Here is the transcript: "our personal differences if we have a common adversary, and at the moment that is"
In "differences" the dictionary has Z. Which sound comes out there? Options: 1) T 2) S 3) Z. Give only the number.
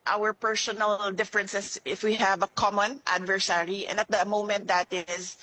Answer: 2